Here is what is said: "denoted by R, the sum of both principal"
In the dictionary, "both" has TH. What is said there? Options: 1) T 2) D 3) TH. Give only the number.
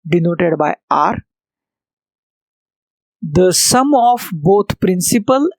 1